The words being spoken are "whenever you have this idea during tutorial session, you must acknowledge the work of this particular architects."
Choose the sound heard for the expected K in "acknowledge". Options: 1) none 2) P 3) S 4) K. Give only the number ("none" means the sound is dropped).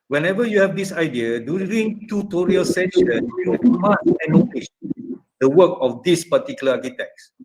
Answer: 1